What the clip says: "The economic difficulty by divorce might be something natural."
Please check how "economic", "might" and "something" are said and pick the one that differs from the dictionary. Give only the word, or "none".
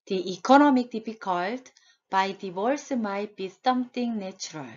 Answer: something